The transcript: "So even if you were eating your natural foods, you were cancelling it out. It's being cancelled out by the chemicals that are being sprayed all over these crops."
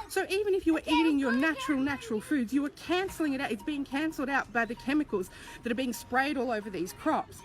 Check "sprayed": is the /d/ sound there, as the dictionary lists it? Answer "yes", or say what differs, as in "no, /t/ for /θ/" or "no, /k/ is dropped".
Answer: yes